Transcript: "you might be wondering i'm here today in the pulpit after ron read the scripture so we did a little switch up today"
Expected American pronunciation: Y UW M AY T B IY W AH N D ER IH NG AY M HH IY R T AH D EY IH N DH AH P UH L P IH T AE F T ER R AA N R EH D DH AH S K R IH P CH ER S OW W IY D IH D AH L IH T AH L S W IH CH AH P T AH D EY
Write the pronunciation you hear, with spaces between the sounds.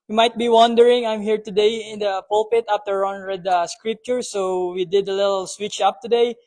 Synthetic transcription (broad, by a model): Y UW M AY T B IY W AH N D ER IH NG AY M HH IY R T AH D EY IH N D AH P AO L P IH T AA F T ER R AA N R EH D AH S K R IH P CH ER S OW W IY D IH D AH L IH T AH L S W IH CH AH P T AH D EY